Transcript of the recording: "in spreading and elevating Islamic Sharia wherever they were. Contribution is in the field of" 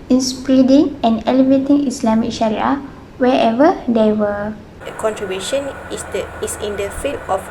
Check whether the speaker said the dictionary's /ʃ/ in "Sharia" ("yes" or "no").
yes